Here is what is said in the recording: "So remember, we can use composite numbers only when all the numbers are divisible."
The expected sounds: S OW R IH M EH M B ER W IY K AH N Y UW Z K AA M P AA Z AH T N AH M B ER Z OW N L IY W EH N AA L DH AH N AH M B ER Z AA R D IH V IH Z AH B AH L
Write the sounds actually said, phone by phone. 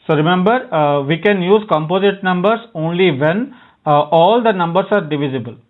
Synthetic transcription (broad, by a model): S OW R IH M EH M B ER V IY K AH N Y UW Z K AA M P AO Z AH T N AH M B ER S OW N L IY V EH N AA L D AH N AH M B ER S AA R D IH V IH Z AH B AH L